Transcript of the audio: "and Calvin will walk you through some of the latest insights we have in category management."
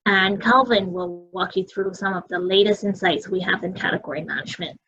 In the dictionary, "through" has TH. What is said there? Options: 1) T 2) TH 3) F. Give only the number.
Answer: 2